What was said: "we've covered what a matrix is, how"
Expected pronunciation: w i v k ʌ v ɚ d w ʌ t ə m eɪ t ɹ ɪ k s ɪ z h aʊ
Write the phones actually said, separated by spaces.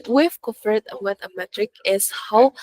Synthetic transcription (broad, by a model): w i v k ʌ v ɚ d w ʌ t ə m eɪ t ɹ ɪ k ɪ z h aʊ